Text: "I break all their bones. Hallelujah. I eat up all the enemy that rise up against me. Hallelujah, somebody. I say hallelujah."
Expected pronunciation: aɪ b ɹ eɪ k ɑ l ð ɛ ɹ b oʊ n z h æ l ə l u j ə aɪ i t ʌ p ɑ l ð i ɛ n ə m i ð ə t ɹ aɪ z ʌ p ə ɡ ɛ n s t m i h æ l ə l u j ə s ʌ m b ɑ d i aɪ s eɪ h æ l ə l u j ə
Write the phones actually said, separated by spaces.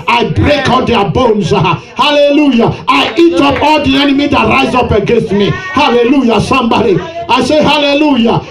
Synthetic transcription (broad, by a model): aɪ b ɹ eɪ k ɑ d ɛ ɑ b oʊ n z h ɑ l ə l u j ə aɪ i t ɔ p ɑ l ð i ɛ n ə m i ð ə t ɹ aɪ z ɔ p ə ɡ ɛ n s t m i h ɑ l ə l u j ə s ʌ m b ɑ d i aɪ s eɪ h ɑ l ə l u j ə